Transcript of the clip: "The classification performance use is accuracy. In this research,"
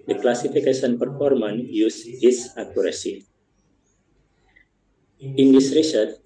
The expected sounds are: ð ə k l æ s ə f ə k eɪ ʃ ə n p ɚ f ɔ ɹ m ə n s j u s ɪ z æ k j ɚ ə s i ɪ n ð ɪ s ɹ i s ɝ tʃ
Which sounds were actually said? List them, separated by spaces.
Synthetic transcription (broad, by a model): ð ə k l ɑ s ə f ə k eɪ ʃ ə n p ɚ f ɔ ɹ m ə n j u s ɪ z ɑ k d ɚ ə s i ɪ n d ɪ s ɹ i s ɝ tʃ